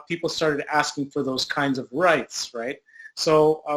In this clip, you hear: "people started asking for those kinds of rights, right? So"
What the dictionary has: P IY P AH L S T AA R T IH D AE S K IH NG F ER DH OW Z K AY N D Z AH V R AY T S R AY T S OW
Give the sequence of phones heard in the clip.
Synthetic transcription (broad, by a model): P IY P L S T AA R T IH D AE S K IH NG F ER DH OW Z K AY N D Z AH V R AY T S R AY T S OW